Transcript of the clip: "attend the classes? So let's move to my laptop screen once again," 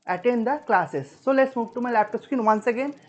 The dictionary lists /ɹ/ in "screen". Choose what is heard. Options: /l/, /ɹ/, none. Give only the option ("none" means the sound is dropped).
none